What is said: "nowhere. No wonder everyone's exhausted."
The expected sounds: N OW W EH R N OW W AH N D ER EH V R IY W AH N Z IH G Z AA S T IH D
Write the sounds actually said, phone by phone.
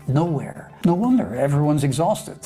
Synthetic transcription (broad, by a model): N OW W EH R N OW W AH N D ER EH V R IY W AH N Z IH G Z AA S T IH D